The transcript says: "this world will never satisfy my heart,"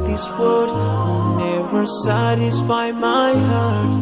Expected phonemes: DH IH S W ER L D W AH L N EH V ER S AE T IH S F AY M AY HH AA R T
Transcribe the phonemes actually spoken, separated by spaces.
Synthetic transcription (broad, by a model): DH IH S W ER D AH N EH V ER S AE T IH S F AY M AY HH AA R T